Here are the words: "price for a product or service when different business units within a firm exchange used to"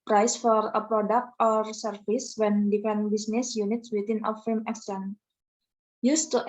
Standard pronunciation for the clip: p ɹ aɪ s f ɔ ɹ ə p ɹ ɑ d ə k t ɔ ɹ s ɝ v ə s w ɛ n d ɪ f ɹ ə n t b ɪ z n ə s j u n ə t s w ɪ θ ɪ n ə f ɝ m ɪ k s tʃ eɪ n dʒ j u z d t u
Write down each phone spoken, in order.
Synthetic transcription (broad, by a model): p ɹ aɪ s f ɔ ɹ ə p ɹ ɑ d ə k t ɔ ɹ s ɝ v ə s w ɛ n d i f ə n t b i s n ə s j u n ə t s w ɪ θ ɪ n ə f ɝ m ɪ k s eɪ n j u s t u